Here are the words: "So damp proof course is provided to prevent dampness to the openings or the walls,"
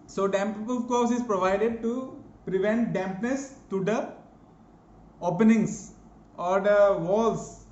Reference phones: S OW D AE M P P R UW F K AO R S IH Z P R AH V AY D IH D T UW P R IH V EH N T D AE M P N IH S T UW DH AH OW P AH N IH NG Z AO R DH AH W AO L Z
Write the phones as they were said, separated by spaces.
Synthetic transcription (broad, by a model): S OW D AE M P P AO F K AO R S IH Z P R AH V AY D IH D T UW P R IH V EH N T D AE M P N IH S T UW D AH OW P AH N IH NG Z AO R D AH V AO L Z